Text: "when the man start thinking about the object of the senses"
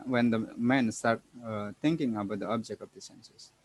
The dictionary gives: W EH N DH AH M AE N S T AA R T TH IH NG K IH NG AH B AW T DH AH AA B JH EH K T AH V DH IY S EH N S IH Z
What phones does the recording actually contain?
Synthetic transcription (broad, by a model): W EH N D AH M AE N S T AA R T T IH NG K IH NG AH B AW T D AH AA B JH EH K T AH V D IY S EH N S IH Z